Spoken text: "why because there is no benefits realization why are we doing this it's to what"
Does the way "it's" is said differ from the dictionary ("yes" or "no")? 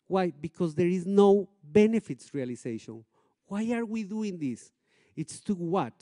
no